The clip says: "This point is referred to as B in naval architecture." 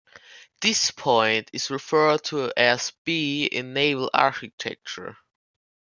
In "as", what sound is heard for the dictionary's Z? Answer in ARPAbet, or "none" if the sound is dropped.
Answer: S